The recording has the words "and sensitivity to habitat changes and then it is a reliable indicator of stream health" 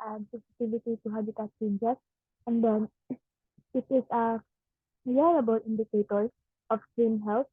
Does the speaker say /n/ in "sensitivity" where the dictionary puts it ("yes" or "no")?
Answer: no